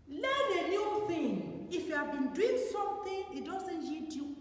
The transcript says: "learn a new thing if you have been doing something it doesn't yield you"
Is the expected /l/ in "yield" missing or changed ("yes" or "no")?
yes